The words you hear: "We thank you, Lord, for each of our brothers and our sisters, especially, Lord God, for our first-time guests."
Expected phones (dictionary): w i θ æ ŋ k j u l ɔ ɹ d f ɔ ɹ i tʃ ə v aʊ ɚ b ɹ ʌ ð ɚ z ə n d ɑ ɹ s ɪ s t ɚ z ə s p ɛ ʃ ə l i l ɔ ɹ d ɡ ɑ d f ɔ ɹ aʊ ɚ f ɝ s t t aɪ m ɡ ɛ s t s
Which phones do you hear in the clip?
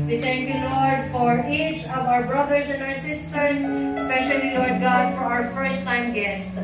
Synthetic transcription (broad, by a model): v i t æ ŋ k j u l ɔ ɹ d f ɔ ɹ i tʃ ə v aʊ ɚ b ɹ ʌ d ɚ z ə n d ɑ ɹ s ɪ s t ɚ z s p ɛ ʃ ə l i l ɔ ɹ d ɡ ɑ d f ɔ ɹ aʊ ɚ f ɝ s t t aɪ m ɡ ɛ s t